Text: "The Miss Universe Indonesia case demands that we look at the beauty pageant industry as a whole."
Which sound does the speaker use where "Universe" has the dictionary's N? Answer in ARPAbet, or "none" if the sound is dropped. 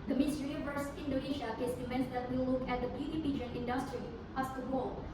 none